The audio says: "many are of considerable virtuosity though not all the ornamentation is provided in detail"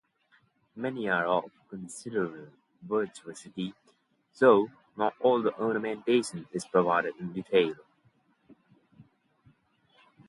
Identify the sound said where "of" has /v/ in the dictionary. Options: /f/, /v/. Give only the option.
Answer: /f/